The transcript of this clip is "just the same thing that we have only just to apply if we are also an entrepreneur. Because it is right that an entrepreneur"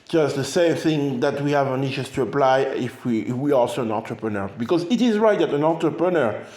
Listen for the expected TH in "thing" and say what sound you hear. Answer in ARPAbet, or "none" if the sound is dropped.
TH